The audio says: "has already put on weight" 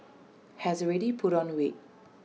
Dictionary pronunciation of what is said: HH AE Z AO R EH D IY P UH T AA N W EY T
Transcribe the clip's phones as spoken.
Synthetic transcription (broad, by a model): HH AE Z AO R EH D IY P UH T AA N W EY